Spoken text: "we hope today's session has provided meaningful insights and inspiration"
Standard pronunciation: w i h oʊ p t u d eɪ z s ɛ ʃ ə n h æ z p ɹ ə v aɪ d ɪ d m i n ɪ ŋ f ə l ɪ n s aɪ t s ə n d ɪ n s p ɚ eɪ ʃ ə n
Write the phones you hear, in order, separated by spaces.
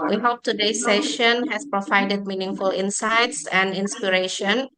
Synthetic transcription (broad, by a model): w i h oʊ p t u d eɪ s ɛ ʃ ə n h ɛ s p ɹ ə v aɪ d ɪ d m i n ɪ ŋ f ə l ɪ n s aɪ t s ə n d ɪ n s p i eɪ ʃ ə n